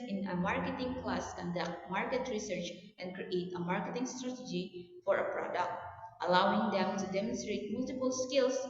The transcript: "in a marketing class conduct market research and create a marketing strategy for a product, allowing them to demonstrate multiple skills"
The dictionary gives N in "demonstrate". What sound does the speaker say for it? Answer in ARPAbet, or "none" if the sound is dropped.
N